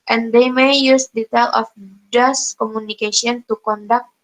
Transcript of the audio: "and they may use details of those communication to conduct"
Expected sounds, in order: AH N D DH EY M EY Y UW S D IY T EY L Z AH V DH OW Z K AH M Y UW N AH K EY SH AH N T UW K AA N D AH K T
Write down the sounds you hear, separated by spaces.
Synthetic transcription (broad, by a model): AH N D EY M EY Y UW S D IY T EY L AH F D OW S K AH M UW N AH K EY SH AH N T UW K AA N D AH K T